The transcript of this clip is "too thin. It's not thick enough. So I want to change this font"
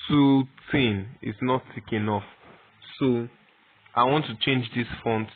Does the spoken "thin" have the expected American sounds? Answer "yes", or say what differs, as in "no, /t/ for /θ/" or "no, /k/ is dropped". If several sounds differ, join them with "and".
no, /t/ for /θ/